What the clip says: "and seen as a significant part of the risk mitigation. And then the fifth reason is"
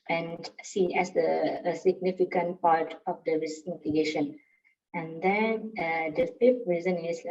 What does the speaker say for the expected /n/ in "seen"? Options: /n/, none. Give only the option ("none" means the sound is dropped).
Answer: none